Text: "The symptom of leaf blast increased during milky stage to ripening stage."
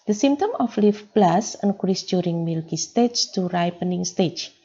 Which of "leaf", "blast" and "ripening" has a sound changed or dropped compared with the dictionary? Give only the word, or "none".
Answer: blast